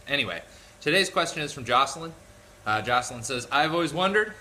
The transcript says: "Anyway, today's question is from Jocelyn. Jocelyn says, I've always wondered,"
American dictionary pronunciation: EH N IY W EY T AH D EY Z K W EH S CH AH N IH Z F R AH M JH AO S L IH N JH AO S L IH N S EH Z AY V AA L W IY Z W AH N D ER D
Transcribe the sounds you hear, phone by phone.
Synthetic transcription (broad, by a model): EH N IY W EY T AH D EY Z K W EH S CH AH N IH Z F R AH M JH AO S L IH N JH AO S L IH N S EH Z AY V AA L W IY Z W AH N D ER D